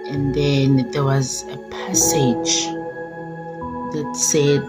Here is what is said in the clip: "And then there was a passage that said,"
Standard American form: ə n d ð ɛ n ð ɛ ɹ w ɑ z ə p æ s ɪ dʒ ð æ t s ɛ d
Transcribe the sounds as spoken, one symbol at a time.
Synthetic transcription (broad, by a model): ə n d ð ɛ n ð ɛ w ɑ z ə p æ s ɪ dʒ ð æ t s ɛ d